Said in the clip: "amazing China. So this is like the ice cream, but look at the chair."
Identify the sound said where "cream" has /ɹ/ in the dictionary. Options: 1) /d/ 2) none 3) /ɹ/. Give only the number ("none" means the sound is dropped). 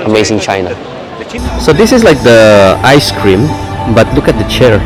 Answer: 3